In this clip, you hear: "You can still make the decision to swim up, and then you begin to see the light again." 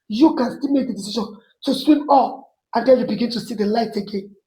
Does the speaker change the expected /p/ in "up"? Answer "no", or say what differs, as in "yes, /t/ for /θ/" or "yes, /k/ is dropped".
yes, /f/ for /p/